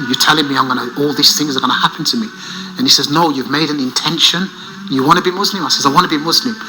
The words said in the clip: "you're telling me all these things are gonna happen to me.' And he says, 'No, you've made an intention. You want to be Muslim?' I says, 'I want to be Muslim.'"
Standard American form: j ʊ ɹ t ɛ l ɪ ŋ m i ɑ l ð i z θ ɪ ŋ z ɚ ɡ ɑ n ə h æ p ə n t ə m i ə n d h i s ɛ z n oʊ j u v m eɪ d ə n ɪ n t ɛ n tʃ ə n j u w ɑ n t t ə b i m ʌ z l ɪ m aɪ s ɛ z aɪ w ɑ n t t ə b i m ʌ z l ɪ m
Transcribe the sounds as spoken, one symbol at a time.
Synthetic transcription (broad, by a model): j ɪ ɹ t ɛ l ɪ ŋ m i ɑ l ð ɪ s θ ɪ ŋ z ɚ ɡ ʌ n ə h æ p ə n t ə m i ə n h i s ɛ z n oʊ j u v m eɪ d ə n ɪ n t ɛ n ʃ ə n j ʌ w ɑ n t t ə b i m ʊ z l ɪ m aɪ s ɛ z aɪ w ɑ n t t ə b i m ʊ z l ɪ m